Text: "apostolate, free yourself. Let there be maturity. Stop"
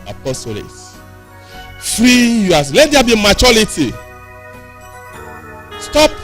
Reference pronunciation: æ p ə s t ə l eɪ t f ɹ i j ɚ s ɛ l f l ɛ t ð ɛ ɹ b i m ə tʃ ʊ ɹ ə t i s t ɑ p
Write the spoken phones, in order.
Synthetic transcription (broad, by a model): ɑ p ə s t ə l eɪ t f ɹ i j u ɑ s l ɛ t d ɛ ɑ b i m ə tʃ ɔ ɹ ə t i s t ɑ p